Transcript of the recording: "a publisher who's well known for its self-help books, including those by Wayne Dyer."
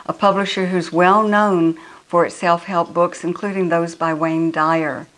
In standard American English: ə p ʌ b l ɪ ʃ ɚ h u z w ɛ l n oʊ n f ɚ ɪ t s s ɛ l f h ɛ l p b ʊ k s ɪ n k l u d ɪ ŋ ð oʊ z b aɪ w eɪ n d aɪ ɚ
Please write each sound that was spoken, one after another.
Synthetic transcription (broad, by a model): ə p ʌ b l ɪ ʃ ɚ h u z w ɛ l n oʊ n f ɚ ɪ t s s ɛ l f h ɛ l p b ʊ k s ɪ n k l u d ɪ ŋ ð oʊ z b aɪ w eɪ n d aɪ ɚ